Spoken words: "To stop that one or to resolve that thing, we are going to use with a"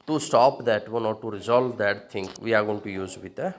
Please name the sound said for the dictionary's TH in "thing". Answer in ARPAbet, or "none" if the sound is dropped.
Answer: T